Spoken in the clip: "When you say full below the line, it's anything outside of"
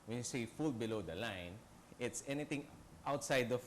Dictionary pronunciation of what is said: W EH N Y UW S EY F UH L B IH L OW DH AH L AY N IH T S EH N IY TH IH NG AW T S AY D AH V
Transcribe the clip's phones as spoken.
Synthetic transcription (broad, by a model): W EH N Y UW S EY F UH L B IH L OW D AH L AY N IH T S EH N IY T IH NG AW T S AY D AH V